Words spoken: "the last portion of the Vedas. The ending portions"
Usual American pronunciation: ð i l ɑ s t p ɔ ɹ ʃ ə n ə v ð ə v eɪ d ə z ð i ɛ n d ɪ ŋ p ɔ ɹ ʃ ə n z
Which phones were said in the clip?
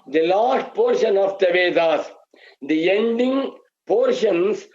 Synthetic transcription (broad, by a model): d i l ɑ s t p ɔ ɹ ʃ ə n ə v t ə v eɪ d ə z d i ɛ n d ɪ ŋ p ɔ ɹ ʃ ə n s